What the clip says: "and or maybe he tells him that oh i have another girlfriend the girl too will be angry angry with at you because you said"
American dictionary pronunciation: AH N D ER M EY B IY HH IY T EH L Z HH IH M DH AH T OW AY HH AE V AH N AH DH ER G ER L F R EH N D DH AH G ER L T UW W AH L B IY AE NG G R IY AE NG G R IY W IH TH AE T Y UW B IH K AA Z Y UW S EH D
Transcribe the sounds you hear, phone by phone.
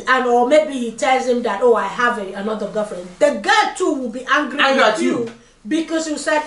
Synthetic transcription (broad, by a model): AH N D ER M EY B IY HH IY T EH L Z HH IH M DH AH T OW AY HH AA V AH N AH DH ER G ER F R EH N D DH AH G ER T UW W AH L B IY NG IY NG G R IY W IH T Y UW B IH K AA S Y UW S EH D